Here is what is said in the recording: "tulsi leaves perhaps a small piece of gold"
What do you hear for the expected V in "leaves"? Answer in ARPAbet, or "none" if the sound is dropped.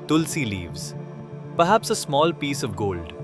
V